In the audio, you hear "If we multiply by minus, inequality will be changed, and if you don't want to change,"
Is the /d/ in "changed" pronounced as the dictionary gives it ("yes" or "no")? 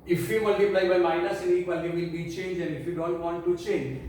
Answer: no